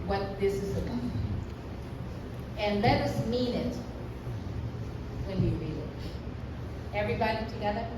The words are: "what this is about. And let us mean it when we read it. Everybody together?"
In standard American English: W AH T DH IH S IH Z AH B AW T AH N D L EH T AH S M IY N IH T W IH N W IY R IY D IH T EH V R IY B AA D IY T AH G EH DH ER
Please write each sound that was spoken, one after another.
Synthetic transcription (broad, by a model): W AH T DH IH S IH Z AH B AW AH N L EH T AH S M IY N IH T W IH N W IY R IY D IH T EH V R IY B AA D IY T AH G EH DH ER